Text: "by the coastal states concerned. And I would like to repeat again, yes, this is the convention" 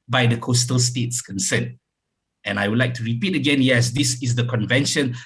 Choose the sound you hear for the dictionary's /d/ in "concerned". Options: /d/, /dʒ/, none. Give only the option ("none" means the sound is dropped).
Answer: none